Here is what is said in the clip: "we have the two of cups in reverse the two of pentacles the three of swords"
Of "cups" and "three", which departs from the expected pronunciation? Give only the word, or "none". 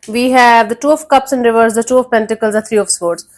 three